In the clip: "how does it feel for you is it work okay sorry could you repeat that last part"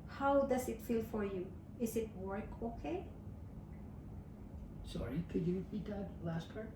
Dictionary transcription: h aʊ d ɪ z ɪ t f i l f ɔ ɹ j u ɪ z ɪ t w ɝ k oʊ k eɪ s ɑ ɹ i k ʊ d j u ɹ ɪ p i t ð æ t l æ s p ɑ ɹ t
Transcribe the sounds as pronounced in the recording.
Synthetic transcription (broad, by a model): h aʊ d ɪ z ɪ t f i l f ɔ ɹ j u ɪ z ɪ t w ɝ k oʊ k eɪ s ɑ ɹ i k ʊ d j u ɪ b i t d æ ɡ l æ s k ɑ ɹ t